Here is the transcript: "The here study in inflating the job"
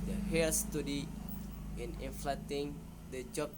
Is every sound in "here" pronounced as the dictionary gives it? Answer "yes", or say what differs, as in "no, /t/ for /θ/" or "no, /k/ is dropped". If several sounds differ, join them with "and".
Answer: no, /l/ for /ɹ/